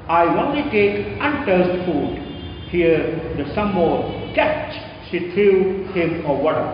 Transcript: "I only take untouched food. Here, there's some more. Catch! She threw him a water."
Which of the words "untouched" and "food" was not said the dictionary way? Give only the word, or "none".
untouched